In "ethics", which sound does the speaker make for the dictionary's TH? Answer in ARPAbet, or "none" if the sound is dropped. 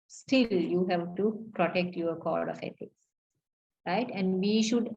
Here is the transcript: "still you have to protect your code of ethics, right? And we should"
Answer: T